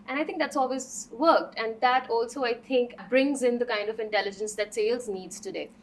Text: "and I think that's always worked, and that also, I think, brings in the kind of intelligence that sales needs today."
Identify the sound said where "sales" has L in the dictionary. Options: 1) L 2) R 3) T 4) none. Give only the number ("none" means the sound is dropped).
1